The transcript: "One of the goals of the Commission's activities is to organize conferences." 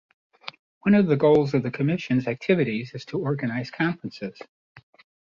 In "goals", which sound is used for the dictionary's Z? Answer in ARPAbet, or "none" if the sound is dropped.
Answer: Z